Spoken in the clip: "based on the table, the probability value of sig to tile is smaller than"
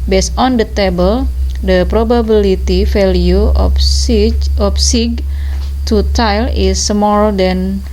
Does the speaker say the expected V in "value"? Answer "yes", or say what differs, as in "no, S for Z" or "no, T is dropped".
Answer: no, F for V